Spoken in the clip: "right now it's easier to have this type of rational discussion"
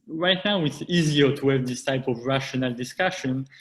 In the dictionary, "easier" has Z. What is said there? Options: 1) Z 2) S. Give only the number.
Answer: 1